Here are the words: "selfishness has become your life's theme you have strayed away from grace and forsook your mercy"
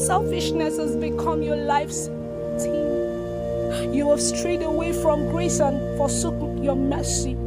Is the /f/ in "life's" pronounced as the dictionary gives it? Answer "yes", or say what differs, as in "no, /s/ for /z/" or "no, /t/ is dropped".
yes